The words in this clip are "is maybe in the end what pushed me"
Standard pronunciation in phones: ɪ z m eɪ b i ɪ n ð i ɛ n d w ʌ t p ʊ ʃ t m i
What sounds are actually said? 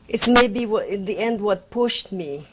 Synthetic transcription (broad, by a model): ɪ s m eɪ b i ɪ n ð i ɛ n d w ʌ t p ʊ ʃ t m i